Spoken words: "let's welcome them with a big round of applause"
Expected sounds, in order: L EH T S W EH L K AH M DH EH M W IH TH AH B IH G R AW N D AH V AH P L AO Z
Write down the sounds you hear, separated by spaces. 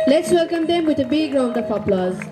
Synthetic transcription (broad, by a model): L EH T S W EH L K AH M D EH M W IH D AH B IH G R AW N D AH P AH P L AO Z